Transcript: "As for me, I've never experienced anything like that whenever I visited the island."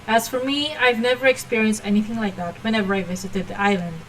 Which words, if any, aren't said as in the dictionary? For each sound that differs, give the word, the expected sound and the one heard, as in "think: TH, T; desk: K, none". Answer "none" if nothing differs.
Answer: none